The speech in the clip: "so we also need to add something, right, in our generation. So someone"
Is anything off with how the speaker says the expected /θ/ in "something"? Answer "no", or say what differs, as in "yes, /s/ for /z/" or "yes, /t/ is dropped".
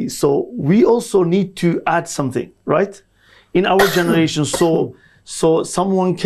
no